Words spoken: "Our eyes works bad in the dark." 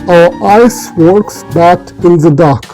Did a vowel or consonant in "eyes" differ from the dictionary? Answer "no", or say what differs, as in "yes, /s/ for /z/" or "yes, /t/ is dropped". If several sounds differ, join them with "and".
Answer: yes, /s/ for /z/